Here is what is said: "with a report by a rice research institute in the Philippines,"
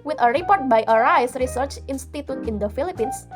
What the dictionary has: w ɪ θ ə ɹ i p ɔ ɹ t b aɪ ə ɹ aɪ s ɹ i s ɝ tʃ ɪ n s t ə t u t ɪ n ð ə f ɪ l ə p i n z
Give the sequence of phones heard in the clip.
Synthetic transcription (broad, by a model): w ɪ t ə ɹ i p ɔ ɹ t b aɪ ə ɹ aɪ s ɹ i s ɝ tʃ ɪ n s t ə t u t ɪ n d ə f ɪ l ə p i n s